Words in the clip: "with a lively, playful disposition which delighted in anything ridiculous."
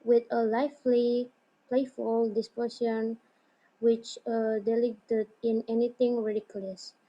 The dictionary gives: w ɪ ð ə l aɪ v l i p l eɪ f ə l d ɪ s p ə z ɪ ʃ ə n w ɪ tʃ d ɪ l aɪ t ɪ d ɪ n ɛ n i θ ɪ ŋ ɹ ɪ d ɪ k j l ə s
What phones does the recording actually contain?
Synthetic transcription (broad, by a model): w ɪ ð ə l aɪ f l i p l eɪ f ə l d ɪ s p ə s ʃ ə n w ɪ tʃ d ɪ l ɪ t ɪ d ɪ n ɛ n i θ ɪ ŋ ɹ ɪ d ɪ k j l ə s